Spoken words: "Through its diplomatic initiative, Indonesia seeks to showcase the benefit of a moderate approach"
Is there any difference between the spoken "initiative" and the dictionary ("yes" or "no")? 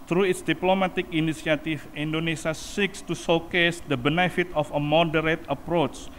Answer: yes